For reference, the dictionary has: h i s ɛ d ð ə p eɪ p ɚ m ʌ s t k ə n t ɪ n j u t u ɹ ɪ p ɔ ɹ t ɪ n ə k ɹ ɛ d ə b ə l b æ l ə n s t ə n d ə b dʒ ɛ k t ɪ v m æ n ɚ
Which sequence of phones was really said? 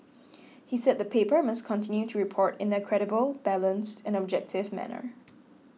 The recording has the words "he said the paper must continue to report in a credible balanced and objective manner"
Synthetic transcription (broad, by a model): h i s ɛ d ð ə p eɪ p ɚ m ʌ s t k ə n t ɪ n j u t u ɹ ɪ p ɔ ɹ t ɪ n ə k ɹ ɛ d ə b ə l b æ l ə n s t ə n ə b dʒ ɛ k t ɪ v m æ n ɚ